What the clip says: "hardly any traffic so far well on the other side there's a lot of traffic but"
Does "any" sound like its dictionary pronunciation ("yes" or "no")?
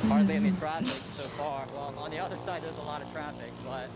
no